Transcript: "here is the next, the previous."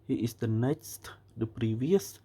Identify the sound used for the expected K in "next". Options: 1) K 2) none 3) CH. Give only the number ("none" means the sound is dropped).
2